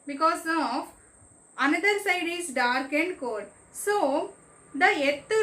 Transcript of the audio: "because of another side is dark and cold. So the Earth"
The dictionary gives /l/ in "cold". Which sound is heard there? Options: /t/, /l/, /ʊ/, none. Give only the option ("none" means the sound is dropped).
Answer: none